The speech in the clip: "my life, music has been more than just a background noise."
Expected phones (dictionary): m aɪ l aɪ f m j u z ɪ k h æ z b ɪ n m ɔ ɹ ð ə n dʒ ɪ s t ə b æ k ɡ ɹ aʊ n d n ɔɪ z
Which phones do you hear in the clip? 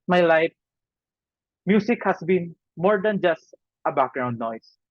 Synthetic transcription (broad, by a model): m aɪ l aɪ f m j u s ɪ k h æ s b ɪ n m ɔ ɹ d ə n dʒ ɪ s t ə b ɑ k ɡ ɹ aʊ n d n ɔɪ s